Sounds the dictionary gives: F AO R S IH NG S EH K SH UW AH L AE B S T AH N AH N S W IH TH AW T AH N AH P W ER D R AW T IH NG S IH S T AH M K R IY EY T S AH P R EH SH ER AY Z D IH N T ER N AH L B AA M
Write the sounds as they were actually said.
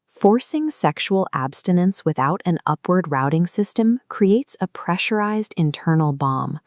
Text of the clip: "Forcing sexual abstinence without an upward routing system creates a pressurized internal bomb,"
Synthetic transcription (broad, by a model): F AO R S IH NG S EH K SH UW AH L AE B S T AH N AH N S W IH TH AW T AH N AH P W ER D R AW T IH NG S IH S T AH M K R IY EY T S AH P R EH SH ER AY Z D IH N T ER N L B AA M